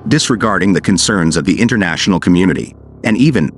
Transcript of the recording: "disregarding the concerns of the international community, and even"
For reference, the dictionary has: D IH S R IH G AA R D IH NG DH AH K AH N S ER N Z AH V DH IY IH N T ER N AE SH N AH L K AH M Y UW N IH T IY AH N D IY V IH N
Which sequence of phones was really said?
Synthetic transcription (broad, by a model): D IH S R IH G AA R D IH NG DH AH K AH N S ER N Z AH V DH IY IH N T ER N AE SH N L K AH M Y UW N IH T IY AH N IY V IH N